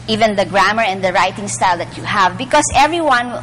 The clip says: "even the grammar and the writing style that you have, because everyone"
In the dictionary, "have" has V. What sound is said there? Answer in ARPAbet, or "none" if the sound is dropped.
V